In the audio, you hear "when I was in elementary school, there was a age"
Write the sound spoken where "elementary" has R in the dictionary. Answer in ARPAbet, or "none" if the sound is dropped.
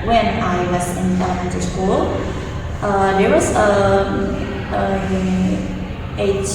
none